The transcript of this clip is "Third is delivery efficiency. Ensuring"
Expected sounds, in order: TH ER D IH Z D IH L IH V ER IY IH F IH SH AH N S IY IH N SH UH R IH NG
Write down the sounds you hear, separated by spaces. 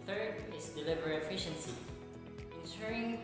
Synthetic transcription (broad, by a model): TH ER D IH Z D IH L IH V ER IH F IH SH AH N S IY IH N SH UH R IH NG